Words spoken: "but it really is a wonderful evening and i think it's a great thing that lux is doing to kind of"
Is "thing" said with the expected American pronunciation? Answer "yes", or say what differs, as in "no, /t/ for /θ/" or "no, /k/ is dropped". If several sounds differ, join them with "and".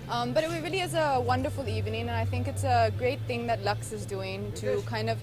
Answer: yes